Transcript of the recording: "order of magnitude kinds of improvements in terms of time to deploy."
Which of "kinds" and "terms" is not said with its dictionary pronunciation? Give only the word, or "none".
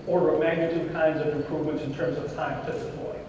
none